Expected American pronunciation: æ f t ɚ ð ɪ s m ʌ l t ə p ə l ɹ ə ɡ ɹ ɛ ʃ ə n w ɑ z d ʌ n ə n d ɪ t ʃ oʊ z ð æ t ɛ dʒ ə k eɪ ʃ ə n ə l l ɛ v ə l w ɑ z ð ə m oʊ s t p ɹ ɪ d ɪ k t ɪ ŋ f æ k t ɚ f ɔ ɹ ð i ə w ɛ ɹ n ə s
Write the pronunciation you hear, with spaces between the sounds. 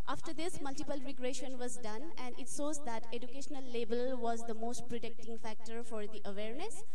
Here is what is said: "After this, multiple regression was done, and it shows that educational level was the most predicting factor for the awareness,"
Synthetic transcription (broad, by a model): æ f t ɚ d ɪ s m ʌ l t ə p ə l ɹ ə ɡ ɹ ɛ ʃ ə n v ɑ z d ʌ n ə n d ɪ t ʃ oʊ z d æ t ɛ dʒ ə k eɪ ʃ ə n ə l l ɛ b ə l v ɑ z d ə m oʊ s t p ɹ ɪ d ɪ k t ɪ ŋ f æ k t ɚ f ɔ ɹ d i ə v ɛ ɹ n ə s